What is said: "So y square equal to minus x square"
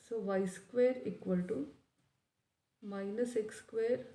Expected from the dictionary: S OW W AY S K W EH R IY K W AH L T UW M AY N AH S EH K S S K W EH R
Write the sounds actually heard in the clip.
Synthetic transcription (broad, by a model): S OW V AY S K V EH R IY K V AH L T UW M AY N AH S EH K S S K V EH R